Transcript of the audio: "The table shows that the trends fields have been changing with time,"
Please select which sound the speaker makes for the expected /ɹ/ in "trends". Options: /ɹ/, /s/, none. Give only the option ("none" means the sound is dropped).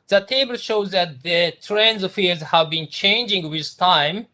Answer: /ɹ/